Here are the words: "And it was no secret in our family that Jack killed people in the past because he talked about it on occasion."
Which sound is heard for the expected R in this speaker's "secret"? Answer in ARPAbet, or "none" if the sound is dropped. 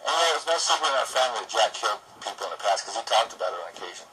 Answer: none